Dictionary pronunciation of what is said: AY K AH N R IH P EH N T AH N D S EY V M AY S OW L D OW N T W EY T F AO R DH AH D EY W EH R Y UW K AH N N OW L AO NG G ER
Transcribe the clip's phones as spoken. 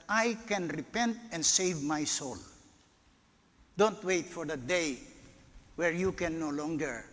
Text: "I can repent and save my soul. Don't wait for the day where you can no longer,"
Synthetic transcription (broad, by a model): AY K AH N R IH P EH N T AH N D S EY V M AY S OW L D OW N T W EY T F AO R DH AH D EY W EH R Y UW K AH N N OW L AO NG G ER